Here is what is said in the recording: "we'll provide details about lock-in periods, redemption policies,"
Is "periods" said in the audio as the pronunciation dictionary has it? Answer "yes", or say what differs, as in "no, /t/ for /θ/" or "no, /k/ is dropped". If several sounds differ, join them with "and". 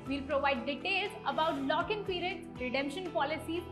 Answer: no, /z/ is dropped